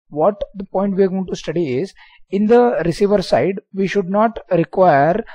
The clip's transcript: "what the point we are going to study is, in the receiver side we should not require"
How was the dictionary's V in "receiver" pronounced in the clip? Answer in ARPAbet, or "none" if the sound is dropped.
V